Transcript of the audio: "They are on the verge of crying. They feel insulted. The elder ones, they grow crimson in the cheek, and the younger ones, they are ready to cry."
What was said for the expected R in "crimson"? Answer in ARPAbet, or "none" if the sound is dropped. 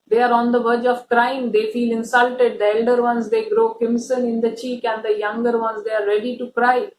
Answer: none